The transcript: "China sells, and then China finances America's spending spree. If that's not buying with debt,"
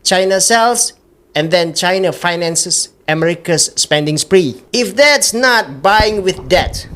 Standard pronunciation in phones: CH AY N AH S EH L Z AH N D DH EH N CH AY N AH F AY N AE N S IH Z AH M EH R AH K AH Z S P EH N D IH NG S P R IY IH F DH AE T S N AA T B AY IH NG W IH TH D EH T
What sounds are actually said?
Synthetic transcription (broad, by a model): CH AY N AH S EH L S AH N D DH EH N CH AY N AH F AY N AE N S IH S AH M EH R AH K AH S P EH N D IH NG S P R IY IH F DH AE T S N AA T B AY IH NG W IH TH D EH T